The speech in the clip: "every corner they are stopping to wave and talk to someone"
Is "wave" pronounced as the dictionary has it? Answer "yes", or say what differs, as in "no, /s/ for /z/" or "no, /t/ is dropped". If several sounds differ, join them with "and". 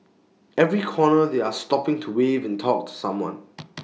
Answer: yes